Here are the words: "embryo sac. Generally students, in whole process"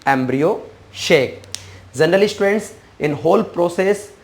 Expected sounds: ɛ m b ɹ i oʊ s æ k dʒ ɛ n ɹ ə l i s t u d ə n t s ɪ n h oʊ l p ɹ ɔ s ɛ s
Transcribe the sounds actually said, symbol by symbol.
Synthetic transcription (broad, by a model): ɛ m b ɹ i oʊ ʃ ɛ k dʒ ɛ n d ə l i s t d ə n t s ɪ n h oʊ l p ɹ ɔ s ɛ s